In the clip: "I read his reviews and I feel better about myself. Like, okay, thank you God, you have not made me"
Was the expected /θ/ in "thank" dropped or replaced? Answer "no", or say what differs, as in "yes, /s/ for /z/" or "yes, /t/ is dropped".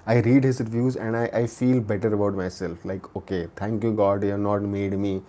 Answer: yes, /t/ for /θ/